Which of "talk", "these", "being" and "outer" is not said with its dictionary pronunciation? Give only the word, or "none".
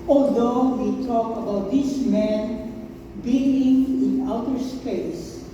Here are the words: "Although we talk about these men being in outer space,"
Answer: these